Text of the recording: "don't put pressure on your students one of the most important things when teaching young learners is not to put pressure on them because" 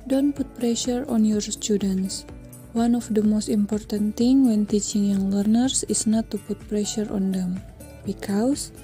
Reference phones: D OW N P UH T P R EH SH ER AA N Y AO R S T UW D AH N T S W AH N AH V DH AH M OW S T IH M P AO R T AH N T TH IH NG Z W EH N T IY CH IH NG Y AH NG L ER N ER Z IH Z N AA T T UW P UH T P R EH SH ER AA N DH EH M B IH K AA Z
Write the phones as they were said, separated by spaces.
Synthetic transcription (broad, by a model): D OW N P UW T P R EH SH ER AA N Y AO R S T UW D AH N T S W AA N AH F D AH M OW S T IH M P AO R T AH N T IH NG W EH N T IY CH IH NG Y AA NG L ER N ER S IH S N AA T T UW P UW T P R EH SH ER AA N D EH M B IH K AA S